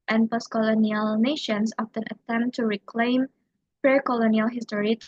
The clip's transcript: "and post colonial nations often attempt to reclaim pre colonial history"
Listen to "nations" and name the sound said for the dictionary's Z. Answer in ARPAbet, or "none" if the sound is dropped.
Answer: S